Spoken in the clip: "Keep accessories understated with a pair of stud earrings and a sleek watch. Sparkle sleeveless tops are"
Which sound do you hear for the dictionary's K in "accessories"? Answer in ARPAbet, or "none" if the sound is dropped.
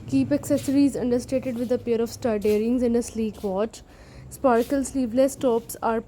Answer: K